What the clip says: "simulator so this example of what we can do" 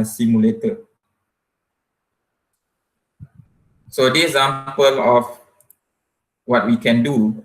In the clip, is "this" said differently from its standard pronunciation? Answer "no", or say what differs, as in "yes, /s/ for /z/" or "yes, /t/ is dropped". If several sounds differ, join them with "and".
yes, /s/ is dropped